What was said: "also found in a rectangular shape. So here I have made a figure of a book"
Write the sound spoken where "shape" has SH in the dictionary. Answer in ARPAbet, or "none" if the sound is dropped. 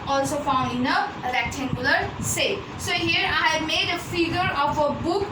S